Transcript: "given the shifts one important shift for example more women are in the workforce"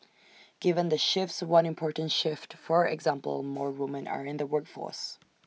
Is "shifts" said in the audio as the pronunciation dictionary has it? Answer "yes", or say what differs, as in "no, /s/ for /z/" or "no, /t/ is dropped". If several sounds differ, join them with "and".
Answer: yes